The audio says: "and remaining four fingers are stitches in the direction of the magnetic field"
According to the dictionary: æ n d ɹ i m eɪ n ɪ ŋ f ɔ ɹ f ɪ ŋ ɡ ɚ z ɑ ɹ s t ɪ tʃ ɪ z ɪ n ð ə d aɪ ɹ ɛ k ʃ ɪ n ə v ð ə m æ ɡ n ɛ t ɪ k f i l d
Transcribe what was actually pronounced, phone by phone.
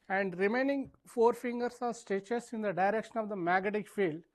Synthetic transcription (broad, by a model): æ n d ɹ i m eɪ n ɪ ŋ f ɔ ɹ f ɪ ŋ ɡ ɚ s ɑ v s t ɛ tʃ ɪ s ɪ n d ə d aɪ ɹ ɛ k ʃ ɪ n ə v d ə m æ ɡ ɛ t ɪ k f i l d